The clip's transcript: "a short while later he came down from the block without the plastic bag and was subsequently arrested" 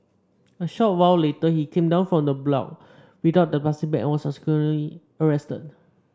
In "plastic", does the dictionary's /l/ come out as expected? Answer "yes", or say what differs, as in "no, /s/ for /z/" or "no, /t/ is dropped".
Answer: no, /l/ is dropped